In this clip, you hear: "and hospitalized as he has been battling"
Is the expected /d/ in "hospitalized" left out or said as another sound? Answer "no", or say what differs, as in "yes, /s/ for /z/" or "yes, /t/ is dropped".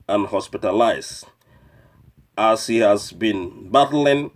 yes, /d/ is dropped